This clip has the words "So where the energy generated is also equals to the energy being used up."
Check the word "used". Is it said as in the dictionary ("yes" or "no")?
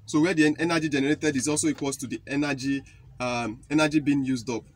yes